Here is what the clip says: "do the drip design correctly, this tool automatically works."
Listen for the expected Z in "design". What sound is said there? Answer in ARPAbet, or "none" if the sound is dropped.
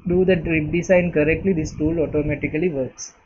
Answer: S